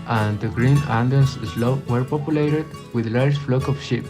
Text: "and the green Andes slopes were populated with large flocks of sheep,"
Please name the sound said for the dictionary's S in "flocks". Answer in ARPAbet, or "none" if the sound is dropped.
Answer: none